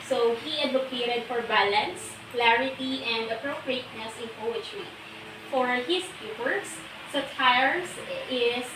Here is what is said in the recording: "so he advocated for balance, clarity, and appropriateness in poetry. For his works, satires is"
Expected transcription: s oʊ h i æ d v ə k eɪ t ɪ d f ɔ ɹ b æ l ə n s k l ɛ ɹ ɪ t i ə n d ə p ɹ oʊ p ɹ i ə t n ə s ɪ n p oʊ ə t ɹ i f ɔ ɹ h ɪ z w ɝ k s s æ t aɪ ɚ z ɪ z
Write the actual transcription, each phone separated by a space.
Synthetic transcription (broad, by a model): s oʊ h i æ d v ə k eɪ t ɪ d f ɔ ɹ b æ l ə n s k l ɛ ɹ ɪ t i ə n d ə p ɹ oʊ p ɹ i ə t n ə s ɪ n p oʊ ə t ɹ i f ɔ ɹ h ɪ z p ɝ s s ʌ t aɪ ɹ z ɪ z